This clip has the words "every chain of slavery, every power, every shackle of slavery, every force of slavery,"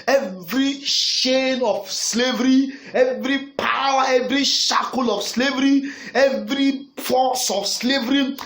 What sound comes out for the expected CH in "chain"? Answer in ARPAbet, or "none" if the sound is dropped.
SH